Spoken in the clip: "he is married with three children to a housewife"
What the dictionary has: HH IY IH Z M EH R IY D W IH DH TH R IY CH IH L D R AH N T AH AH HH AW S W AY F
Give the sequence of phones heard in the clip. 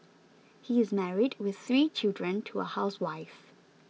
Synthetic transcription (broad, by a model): HH IY IH Z M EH R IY D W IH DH TH R IY CH IH L D R AH N T AH AH HH AW S W AY F